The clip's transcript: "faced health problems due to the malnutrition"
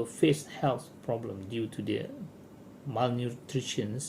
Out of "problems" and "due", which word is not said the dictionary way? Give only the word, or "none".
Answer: problems